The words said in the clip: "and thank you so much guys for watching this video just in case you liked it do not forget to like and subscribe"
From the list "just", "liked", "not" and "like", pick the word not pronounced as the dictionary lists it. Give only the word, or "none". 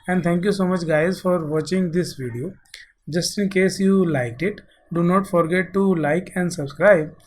none